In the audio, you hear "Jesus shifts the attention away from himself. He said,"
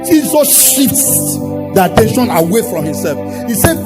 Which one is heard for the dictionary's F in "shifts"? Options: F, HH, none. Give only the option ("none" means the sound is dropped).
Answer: none